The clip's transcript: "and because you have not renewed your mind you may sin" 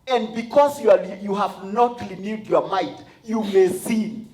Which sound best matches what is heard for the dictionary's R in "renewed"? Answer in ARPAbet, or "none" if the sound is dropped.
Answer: L